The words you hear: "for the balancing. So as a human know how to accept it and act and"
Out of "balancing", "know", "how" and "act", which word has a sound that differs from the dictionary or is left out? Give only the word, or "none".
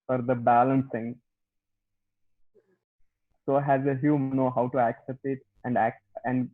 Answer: act